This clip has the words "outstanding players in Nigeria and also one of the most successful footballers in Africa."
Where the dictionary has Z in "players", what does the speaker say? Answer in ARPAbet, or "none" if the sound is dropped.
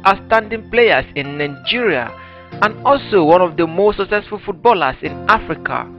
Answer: S